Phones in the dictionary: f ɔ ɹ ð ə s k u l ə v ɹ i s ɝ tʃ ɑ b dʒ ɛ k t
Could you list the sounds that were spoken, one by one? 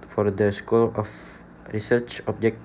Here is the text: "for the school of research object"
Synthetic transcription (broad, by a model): f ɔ ɹ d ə s k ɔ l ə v ɹ i s ɝ tʃ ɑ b dʒ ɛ k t